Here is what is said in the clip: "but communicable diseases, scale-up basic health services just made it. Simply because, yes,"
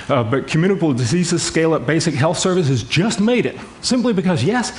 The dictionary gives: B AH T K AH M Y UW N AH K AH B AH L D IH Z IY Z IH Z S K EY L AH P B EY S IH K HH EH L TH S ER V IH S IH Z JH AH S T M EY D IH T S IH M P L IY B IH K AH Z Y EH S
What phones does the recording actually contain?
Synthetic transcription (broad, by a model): B AH T K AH M Y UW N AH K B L D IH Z IY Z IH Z S K EY L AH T B EY S IH K HH EH L TH S ER V IH S IH Z JH AH S T M EY D IH T S IH M P L IY B IH K AH Z Y EH S